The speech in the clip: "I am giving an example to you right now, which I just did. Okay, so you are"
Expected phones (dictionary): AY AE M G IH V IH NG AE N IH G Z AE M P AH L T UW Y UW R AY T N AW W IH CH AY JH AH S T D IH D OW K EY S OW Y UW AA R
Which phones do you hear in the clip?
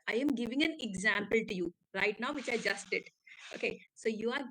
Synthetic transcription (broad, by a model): AY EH M G IH V IH NG AE N IH G Z AE M P AH L T UW Y UW R AY T N AW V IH CH AY JH AH S T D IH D OW K EY S OW Y UW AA R